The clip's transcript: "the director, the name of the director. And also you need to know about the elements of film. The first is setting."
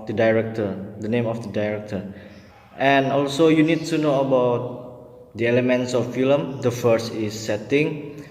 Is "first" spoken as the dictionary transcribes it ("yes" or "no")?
yes